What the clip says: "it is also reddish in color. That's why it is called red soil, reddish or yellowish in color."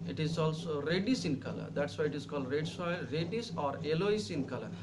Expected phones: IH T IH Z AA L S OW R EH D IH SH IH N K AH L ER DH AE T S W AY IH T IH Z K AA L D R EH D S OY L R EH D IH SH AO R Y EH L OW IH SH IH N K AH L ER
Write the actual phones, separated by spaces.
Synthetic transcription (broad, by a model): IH T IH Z AA L S OW R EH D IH S IH N K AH L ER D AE T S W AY IH T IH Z K AA L D R EH D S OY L R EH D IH S AO R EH L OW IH S IH N K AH L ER